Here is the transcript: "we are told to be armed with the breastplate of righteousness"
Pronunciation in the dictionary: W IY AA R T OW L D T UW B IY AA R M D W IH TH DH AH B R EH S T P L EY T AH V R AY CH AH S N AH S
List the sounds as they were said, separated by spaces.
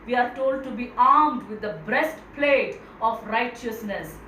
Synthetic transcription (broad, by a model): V IY AA R T OW L D T UW B IY AA R M D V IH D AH B R EH S T P L EY T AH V R AY CH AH S N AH S